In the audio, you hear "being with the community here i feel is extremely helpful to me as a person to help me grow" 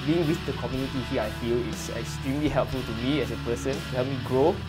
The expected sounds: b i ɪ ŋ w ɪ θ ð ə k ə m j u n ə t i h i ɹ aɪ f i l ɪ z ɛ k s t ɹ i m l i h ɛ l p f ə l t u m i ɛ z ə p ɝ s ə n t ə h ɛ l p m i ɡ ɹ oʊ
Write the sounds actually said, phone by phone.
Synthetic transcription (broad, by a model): b i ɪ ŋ w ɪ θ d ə k ə m j u n ə t i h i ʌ aɪ f i l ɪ s ɛ k s t ɹ i m l i h ɛ l p f ə l t u m i ɛ s ə p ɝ s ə n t h ɛ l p m i ɡ ɹ oʊ